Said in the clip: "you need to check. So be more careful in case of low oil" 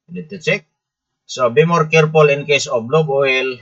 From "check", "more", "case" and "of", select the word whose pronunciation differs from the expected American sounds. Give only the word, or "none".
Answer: of